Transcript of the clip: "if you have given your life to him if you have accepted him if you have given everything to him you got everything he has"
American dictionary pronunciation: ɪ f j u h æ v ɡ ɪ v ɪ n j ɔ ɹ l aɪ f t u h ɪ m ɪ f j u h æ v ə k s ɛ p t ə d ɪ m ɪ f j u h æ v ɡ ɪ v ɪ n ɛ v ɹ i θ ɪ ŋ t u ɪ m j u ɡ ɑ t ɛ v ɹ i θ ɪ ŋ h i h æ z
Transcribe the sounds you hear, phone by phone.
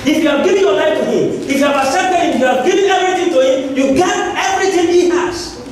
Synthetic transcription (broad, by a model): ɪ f j u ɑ ɡ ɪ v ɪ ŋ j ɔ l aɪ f t u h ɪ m ɪ f j u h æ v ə s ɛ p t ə ɪ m ɪ f j u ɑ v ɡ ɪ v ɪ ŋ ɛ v ɹ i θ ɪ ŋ t u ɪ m j u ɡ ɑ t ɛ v ɹ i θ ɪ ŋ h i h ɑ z